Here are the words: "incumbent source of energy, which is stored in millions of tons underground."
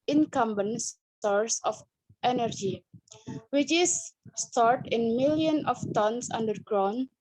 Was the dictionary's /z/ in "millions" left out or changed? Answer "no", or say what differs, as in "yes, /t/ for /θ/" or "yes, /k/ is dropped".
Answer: yes, /z/ is dropped